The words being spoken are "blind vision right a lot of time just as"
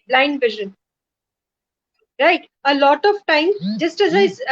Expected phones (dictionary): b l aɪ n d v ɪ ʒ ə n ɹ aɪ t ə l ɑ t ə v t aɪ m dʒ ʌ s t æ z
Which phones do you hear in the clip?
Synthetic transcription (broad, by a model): b l aɪ n d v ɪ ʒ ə n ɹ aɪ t ə l ɑ t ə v t aɪ m dʒ ʌ s t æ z